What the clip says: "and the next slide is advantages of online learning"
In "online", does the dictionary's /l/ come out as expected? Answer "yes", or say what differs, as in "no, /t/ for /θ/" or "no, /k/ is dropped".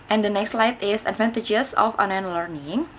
no, /l/ is dropped